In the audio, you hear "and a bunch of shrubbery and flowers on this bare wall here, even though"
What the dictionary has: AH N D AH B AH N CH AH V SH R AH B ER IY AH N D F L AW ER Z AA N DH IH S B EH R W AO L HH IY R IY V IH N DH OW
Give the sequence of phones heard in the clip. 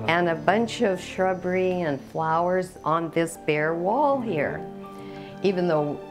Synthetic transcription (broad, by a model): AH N AH B AH N CH AH V SH R AH B ER IY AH N F L AW ER Z N DH IH S B EH R W AO L HH IY R IY V IH N DH OW